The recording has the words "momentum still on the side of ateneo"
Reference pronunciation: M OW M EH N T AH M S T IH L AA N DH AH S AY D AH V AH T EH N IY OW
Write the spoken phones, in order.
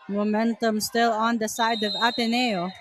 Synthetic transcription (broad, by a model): M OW M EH N T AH M S T IH L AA N DH AH S AY D AH V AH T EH N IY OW